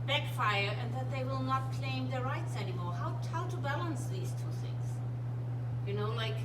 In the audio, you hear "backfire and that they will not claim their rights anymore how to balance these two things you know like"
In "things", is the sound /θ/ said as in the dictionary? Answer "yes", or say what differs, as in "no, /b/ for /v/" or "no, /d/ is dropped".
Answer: yes